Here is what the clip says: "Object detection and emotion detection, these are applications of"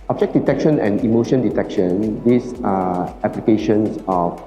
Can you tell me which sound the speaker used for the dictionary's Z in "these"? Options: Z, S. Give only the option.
S